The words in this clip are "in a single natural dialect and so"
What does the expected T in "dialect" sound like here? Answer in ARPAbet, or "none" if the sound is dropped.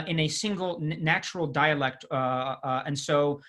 T